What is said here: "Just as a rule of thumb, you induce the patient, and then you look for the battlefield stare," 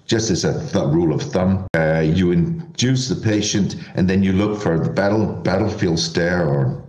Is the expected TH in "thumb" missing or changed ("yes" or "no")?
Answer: no